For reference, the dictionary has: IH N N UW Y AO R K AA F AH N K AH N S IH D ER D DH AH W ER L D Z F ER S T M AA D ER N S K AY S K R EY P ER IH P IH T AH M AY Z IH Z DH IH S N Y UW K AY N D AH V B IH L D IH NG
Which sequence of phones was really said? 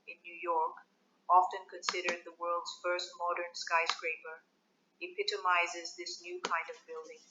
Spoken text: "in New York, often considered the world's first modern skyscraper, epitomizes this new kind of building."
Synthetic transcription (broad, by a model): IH N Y UW Y AO R K AA F AH N K AH N S IH D ER D DH AH W ER L D Z F ER S T M AA D ER N S K AY S K R EY P ER IH P IH T AH M AY Z IH Z DH IH S N Y UW K AY N D AH V B IH L D IH NG